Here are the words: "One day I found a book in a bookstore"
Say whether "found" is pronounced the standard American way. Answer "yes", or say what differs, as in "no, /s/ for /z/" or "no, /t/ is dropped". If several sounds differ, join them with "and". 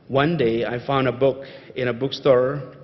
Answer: yes